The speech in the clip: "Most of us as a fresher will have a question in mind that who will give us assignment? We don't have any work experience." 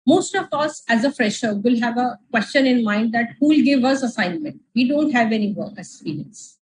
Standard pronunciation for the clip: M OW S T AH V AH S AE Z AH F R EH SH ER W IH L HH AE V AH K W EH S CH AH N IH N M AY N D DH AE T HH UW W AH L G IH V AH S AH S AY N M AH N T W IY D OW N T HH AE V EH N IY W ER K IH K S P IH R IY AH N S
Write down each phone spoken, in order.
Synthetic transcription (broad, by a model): M OW S T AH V AH S AE Z AH F R EH SH ER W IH L HH AE V AH K W EH S CH AH N IH N M AY N D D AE T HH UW L G IH V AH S AH S AY N M AH N T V IY D OW N T HH AE V EH N IY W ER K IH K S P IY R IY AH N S